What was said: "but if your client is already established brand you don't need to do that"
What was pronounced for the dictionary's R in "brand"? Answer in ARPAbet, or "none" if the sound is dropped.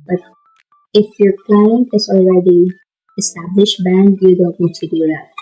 none